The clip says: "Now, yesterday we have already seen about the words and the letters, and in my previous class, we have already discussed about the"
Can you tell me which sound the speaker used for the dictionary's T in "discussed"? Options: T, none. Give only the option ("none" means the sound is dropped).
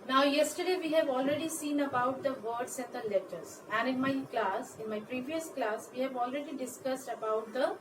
T